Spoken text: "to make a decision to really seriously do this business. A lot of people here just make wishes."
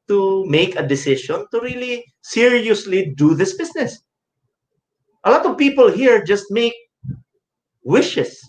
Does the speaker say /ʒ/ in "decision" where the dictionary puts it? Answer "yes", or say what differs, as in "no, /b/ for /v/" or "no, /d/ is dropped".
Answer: no, /ʃ/ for /ʒ/